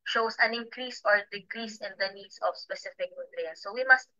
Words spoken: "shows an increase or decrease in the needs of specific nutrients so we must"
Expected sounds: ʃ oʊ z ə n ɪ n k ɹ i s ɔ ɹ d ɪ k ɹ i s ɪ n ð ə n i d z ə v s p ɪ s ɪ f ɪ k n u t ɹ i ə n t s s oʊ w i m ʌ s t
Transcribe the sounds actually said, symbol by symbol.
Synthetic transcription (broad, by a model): ʃ oʊ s ə n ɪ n k ɹ i s ɔ ɹ d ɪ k ɹ i s ɪ n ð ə n i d s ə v s p ɪ s ɪ f ɪ k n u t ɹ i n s s oʊ w i m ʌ s t